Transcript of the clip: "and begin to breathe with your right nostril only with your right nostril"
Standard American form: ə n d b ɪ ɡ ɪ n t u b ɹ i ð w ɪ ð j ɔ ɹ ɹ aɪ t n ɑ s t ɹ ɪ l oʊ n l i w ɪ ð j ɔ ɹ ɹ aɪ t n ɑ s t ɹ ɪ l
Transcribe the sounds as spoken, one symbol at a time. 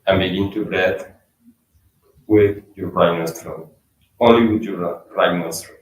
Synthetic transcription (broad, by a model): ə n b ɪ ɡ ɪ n t u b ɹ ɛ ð w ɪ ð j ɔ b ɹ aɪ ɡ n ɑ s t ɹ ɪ n oʊ n l i w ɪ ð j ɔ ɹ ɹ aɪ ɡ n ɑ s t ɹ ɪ